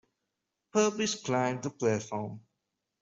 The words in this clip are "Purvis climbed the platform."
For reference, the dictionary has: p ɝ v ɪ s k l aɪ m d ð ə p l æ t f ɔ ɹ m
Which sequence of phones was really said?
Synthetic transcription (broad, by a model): p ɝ p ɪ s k l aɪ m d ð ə p l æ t f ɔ m